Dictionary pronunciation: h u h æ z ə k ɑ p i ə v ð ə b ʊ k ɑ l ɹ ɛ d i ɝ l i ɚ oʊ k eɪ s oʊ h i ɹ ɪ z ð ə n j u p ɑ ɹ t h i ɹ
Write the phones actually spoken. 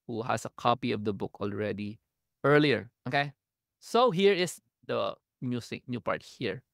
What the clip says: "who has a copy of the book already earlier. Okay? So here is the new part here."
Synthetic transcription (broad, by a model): h u h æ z ə k ɑ p i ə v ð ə b ʊ k ɑ l ɹ ɛ d i ɝ l i ɚ oʊ k eɪ s oʊ h i ɹ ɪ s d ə n j u p ɑ ɹ t h i ɹ